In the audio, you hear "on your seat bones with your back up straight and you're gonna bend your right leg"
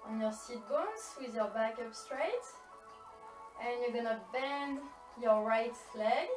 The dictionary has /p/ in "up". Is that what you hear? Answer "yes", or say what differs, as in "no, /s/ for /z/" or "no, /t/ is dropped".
yes